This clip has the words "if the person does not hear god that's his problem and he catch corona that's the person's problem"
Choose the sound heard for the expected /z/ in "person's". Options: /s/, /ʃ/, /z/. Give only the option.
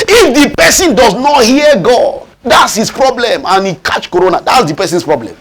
/s/